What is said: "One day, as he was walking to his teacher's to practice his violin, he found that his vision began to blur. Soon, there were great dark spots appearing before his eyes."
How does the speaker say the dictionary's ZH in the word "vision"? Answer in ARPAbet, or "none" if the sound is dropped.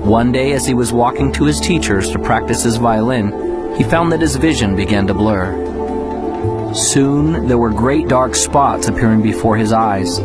ZH